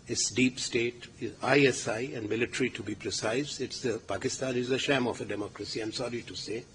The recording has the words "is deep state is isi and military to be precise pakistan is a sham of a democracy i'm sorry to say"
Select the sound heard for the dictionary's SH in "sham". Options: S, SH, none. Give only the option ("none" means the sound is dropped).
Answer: SH